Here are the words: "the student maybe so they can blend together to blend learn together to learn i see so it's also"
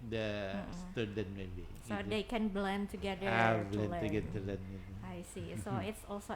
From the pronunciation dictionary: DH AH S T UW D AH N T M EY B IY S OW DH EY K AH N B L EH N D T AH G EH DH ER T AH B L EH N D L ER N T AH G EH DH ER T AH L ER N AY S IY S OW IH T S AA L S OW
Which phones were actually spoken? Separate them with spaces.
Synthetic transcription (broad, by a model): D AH S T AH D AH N M EY B IY S OW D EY K AH N B L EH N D T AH G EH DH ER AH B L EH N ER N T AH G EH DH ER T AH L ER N AY S IY S OW IH T S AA L S OW